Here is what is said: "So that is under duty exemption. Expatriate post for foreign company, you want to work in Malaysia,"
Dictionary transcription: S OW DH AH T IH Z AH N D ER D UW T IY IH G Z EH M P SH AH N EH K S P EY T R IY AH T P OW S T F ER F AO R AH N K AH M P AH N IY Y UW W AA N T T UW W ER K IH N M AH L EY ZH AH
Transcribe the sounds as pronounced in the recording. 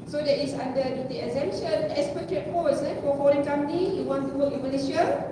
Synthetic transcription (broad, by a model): S OW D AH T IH S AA N D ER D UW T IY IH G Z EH M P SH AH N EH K S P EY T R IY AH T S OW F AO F AO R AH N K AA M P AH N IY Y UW W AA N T T UW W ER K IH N M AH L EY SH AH